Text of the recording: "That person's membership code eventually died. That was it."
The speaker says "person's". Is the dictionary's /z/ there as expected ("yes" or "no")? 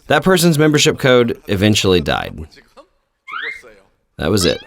yes